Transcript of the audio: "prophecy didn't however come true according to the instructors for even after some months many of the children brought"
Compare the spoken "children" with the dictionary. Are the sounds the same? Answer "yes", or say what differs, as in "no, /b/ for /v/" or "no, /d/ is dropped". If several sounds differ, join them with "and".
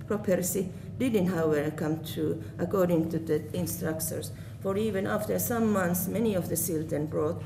no, /s/ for /tʃ/